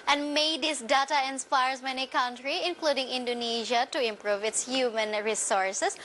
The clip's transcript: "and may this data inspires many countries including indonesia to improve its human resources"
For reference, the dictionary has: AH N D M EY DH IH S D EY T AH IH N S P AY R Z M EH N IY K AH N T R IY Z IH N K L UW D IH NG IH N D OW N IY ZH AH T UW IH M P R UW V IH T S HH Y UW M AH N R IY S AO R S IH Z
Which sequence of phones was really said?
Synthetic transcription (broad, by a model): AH N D M EY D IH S D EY T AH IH N S P AY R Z M EH N IY K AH N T R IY IH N K L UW D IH NG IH N D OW N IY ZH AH T UW IH M P R UW V IH T S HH Y UW M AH N R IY S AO R S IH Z